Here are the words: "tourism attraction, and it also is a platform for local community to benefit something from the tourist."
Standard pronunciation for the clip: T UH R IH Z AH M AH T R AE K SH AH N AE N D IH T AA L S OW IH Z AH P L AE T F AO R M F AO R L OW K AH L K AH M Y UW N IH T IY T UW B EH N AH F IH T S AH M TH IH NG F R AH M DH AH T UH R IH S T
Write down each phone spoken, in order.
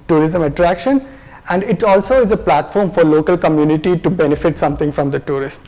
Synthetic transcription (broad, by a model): T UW R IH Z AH M AH T R AE K SH AH N AE N D IH T AA L S OW IH Z AH P L AE T F AO R M F AO R L OW K AH L K AH M Y UW N IH T IY T UW B EH N AH F IH T S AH M T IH NG F R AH M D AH T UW R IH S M